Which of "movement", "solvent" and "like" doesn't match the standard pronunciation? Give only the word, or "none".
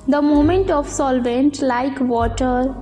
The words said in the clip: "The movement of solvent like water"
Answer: movement